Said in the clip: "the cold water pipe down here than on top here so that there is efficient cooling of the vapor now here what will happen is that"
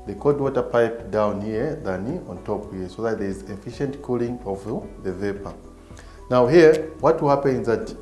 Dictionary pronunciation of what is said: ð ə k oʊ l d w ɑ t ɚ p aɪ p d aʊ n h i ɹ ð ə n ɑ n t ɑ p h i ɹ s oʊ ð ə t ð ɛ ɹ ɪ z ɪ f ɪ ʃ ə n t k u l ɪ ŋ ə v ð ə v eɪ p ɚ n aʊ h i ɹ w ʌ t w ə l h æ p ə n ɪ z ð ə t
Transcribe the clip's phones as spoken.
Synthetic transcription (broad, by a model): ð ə k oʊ d w ɑ t ɚ p aɪ p d aʊ n h i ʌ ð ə n ɑ n t ɑ p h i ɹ s oʊ ð ə t ð ɛ ɹ ɪ z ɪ f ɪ ʃ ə n t k u l ɪ ŋ ə v ð ə v eɪ p ɚ n aʊ h i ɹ w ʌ t w ə l h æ p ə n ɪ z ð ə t